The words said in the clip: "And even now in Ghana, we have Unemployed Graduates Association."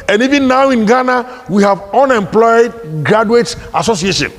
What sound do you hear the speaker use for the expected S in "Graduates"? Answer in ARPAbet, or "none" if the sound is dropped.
none